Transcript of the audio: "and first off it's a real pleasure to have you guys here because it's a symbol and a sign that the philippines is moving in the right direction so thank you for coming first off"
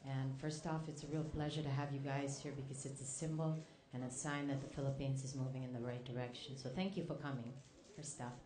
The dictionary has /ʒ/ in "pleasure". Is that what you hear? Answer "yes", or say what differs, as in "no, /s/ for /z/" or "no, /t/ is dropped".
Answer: yes